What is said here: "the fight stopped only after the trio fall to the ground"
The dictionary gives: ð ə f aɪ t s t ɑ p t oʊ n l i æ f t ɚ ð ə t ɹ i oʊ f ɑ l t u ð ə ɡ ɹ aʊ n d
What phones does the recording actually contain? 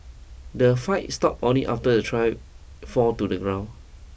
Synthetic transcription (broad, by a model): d ə f aɪ t s t ɑ p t oʊ n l i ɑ f t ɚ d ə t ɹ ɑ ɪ f ɑ t u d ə ɡ ɹ aʊ n